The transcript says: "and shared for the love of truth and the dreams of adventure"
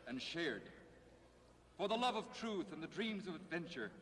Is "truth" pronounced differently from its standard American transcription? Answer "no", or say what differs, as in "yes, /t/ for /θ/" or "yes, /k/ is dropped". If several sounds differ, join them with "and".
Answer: no